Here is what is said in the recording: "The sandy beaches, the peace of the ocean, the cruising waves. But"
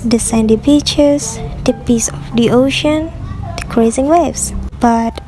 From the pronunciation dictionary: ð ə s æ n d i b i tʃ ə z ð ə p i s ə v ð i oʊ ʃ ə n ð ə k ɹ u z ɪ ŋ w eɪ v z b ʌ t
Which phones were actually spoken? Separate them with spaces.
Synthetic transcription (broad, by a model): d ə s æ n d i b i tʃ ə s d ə p i s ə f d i oʊ ʃ ə n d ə k ɹ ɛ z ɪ ŋ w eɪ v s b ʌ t